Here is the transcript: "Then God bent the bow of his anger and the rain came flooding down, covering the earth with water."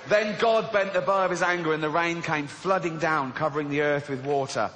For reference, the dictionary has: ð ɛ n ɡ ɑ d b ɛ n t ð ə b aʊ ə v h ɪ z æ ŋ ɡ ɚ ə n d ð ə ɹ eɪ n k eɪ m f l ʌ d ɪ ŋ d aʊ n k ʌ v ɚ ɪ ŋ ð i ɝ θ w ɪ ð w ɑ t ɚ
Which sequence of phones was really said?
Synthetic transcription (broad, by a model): ð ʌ n ɡ ɑ d b ɛ n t ð ə b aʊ ə v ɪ z æ ŋ ɡ ɚ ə n ð ə ɹ eɪ n k eɪ m f l ʌ d ɪ ŋ d aʊ n k ʌ v ɚ ɪ ŋ ð i ɝ θ w ɪ ð w ɑ t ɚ